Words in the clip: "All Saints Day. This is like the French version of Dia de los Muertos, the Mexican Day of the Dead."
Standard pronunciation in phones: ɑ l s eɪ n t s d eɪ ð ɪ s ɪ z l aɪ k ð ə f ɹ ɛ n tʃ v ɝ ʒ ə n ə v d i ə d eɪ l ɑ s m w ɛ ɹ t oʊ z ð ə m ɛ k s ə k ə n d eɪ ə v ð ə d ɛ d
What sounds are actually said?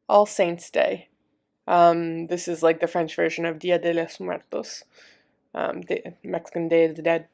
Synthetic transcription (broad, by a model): ɑ l s eɪ n t s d eɪ ð ɪ s ɪ z l aɪ k ð ə f ɹ ɛ n tʃ v ɝ ʒ ə n ə v d i ə d eɪ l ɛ s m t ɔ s t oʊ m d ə m ɛ k s ə k ə n d eɪ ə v ð ə d ɛ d